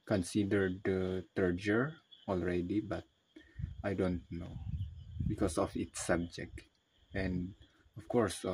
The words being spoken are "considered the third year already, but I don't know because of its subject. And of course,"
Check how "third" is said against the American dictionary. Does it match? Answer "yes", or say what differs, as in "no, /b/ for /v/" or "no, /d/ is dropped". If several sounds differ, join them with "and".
no, /t/ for /θ/